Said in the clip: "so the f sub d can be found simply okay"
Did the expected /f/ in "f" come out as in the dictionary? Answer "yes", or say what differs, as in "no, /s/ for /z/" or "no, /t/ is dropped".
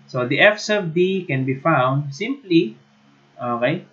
yes